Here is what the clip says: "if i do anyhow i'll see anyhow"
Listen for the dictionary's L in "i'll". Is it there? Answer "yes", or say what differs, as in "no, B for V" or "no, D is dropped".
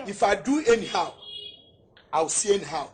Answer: no, W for L